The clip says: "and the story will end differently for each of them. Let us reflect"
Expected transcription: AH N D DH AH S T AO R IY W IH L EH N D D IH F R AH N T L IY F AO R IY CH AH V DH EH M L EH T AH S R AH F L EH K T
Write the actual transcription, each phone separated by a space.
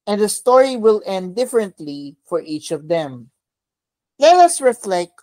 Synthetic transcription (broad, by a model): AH N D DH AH S T AO R IY W IH L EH N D D IH F R AH N T L IY F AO R IY CH AH V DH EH M L EH T AH S R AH F L EH K T